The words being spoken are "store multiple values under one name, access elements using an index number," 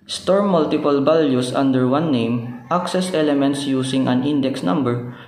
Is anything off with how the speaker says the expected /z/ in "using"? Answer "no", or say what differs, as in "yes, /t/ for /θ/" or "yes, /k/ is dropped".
yes, /s/ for /z/